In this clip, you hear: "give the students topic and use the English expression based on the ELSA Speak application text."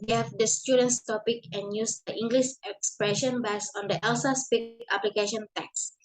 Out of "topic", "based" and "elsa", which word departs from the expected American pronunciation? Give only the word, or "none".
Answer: based